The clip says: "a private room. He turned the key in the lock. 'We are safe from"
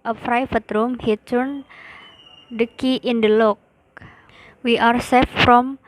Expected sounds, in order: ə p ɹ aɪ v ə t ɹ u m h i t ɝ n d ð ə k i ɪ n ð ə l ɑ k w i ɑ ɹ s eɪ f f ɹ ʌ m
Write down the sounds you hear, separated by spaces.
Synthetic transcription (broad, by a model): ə f ɹ aɪ f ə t ɹ u m h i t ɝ n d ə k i ɪ n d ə l ɑ k w i ɑ ɹ s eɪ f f ɹ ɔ m